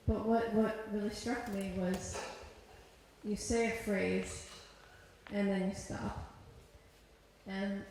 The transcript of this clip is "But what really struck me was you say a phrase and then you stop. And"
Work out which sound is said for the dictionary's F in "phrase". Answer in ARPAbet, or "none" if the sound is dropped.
F